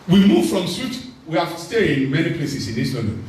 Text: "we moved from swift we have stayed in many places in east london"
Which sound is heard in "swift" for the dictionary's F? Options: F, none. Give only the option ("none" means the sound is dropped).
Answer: none